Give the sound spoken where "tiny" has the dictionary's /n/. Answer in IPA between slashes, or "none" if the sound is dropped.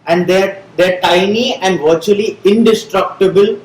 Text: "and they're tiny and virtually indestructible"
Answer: /n/